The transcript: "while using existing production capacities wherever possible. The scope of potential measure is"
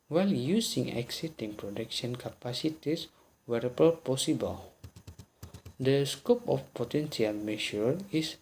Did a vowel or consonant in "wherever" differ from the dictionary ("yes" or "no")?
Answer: yes